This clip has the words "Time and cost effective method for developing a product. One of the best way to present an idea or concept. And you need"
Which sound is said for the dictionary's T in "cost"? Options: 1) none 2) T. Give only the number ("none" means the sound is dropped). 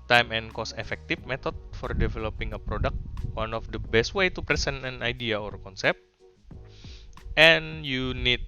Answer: 1